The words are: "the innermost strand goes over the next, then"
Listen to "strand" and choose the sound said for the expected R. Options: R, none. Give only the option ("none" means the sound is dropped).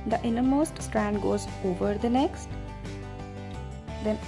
R